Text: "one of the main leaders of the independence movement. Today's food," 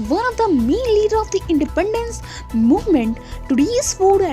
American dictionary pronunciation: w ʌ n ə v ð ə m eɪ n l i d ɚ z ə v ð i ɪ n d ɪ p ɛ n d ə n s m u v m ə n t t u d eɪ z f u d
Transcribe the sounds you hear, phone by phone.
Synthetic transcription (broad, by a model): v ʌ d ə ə m eɪ n l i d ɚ ə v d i ɪ n d ɪ p ɛ n d ə n s m u v m ə n t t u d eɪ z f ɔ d